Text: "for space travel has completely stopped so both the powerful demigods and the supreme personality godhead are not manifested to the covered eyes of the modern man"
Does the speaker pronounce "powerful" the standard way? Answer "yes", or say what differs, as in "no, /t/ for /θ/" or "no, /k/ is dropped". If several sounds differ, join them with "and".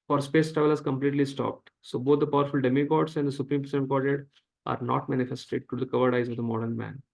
yes